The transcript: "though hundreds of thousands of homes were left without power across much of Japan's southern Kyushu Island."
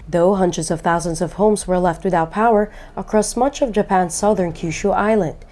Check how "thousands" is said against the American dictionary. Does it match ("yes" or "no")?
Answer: yes